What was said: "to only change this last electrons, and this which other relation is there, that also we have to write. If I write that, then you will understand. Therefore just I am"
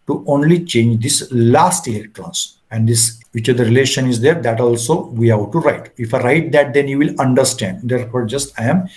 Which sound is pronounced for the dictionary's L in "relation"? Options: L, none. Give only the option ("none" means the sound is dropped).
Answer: L